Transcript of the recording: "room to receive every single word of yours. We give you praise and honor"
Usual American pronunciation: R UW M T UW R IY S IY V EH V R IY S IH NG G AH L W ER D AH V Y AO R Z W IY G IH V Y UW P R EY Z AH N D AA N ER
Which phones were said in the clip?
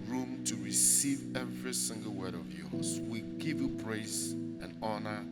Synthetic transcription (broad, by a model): R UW M T UW R IY S IY V EH V R IY S IH NG G AH L W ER D AH V Y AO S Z W IY G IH V Y UW P R EY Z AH N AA N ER